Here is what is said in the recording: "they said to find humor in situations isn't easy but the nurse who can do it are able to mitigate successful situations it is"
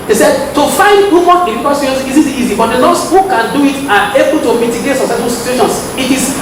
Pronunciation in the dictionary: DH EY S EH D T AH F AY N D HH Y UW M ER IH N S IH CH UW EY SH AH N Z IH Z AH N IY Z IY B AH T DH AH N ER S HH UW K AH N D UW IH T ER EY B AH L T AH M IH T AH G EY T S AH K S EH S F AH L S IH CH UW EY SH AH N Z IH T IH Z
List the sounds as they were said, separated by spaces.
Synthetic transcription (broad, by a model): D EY S EH D T AH F AY N D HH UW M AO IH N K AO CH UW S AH Z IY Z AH IY Z IY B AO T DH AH L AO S HH UW K AH N D UW IH T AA EY B AH L T AH M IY T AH G EY T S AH S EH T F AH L S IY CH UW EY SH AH N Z IH T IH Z